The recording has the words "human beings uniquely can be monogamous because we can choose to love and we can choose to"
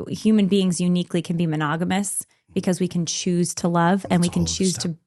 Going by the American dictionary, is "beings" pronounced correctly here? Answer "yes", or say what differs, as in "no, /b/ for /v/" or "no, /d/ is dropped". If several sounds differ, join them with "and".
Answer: yes